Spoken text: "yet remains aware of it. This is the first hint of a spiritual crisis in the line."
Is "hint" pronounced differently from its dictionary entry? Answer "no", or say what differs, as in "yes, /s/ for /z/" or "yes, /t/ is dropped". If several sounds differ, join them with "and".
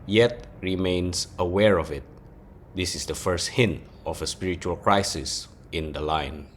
no